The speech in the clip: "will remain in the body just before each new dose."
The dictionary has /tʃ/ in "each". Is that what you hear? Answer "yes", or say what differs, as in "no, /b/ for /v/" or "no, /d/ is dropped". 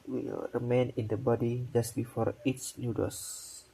no, /s/ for /tʃ/